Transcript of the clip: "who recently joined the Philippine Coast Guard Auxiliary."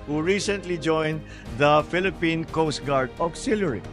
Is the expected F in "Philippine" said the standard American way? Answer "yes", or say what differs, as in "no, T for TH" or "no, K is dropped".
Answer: yes